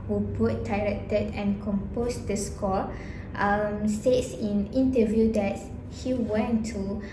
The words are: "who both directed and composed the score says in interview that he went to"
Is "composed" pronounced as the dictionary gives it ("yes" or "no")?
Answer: no